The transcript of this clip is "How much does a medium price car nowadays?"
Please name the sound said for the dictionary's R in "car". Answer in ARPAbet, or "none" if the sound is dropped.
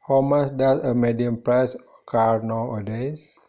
R